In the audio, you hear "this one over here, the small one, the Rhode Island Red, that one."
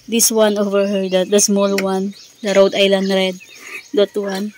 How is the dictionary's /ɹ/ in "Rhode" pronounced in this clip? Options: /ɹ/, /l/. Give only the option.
/ɹ/